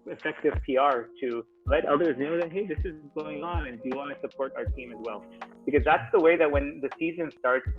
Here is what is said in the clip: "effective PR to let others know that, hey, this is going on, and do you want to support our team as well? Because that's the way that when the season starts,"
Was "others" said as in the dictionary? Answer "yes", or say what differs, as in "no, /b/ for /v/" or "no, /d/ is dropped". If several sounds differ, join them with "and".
yes